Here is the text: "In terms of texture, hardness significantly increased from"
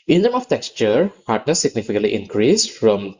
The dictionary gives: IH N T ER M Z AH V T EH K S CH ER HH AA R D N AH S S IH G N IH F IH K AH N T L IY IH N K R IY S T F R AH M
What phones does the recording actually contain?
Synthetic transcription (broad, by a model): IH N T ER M AH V T EH K S CH ER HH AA R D N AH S S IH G N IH F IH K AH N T L IY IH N K R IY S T F R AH M